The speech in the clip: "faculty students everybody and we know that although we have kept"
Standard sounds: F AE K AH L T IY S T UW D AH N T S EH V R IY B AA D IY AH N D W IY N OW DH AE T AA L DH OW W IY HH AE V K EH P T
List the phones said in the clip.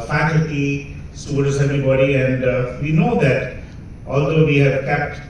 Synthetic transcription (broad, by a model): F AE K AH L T IY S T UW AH T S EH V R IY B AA D IY AH N D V IY N OW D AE T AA L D OW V IY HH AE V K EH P T